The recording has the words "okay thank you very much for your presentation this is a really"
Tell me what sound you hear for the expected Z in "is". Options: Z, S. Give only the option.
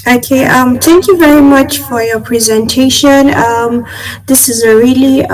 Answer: Z